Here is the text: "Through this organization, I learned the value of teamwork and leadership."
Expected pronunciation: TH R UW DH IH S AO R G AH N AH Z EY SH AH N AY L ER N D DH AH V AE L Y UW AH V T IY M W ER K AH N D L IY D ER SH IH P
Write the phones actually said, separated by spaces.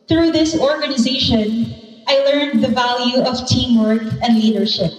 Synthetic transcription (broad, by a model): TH R UW DH IH S AO R G AH N AH Z EY SH AH N AY L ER N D DH AH V AE L Y UW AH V T IY M W ER K AH N D L IY D ER SH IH P